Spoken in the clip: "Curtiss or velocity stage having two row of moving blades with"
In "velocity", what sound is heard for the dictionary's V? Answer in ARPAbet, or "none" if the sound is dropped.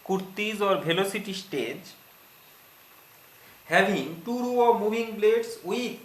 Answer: B